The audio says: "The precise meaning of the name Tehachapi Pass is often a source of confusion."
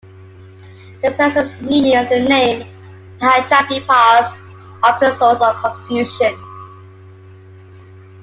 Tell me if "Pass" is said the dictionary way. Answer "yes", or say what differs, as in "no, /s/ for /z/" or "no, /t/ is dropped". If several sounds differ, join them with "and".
no, /s/ is dropped